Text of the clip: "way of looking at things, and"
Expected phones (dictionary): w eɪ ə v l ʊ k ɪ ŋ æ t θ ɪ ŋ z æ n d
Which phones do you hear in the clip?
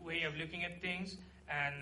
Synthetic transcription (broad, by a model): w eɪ ə v l ʊ k ɪ ŋ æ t t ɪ ŋ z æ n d